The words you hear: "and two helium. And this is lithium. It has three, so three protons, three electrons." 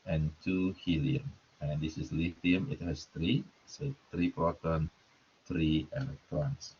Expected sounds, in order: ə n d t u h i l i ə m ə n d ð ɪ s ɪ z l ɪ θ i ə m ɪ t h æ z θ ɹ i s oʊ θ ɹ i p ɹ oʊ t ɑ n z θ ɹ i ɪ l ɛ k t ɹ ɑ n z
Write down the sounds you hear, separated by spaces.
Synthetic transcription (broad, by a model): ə n t u h i l i ə m ə n d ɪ s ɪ s l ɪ f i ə m ɪ t h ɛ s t ɹ i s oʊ t ɹ i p ɹ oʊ t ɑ n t ɹ i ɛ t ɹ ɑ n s